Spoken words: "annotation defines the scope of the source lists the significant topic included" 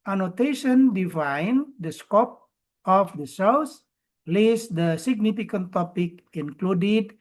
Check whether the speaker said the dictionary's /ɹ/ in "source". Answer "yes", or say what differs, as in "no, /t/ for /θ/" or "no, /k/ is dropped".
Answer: no, /l/ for /ɹ/